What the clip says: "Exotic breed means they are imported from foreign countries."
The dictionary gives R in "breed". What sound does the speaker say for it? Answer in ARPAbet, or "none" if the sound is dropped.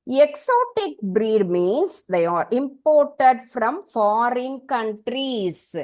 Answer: R